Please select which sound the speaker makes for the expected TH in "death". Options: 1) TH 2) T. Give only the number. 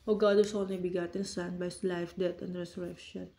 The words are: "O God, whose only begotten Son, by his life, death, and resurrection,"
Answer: 2